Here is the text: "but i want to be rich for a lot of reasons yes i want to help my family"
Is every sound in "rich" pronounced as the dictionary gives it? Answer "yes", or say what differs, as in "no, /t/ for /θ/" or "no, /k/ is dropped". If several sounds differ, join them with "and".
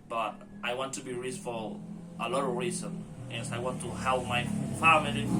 no, /s/ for /tʃ/